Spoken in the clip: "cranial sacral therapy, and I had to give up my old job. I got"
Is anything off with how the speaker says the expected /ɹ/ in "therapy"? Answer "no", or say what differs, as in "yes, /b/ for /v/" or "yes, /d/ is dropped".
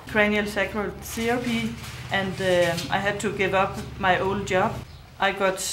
yes, /ɹ/ is dropped